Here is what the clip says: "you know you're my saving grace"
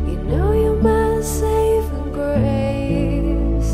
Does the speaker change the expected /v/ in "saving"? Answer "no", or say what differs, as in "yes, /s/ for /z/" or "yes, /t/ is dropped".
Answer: yes, /v/ is dropped